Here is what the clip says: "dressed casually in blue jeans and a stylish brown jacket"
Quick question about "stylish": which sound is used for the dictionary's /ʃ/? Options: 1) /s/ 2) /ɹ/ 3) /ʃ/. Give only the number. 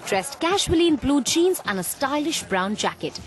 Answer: 3